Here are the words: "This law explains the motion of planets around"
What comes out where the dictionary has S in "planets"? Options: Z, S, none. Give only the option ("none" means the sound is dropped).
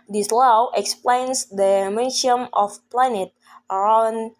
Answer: none